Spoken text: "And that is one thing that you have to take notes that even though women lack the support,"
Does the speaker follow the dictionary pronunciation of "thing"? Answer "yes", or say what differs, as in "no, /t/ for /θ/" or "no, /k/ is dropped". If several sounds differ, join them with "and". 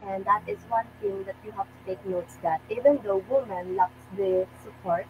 no, /t/ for /θ/